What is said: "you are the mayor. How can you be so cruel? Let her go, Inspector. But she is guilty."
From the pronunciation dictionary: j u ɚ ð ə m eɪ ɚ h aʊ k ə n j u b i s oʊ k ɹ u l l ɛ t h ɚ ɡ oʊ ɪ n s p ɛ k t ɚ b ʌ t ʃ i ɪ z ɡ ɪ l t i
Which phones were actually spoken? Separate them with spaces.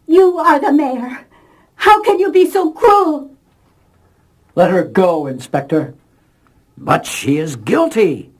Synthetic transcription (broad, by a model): j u ɚ ð ə m eɪ ɚ h aʊ k ə n j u b i s oʊ k ɹ u l l ɛ t h ɚ ɡ oʊ ɪ n s p ɛ k t ɚ b ʌ t ʃ i ɪ z ɡ ɪ l t i